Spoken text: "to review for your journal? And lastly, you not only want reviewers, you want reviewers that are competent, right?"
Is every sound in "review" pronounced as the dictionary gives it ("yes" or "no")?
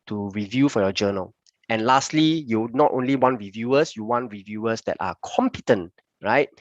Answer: yes